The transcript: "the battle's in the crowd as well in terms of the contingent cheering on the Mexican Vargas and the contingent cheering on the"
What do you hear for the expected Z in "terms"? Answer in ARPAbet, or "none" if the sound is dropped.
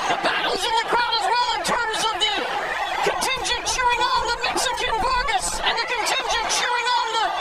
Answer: Z